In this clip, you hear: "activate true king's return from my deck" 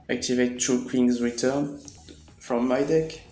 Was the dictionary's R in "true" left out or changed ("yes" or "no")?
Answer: yes